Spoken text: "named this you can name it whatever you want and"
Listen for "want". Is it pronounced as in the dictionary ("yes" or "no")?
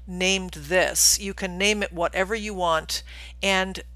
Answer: yes